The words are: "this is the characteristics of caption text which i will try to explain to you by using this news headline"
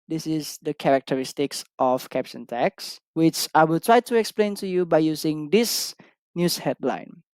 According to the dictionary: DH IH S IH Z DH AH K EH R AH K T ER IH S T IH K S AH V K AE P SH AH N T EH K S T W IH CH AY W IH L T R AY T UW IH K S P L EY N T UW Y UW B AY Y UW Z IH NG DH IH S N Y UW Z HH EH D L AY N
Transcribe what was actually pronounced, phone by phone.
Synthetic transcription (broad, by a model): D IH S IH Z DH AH K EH R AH K T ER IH S T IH K S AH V K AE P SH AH N T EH K S W IH CH AY W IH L T R AY T UW IH K S P L EY N T UW Y UW B AY Y UW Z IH NG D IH S N Y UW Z HH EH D L AY N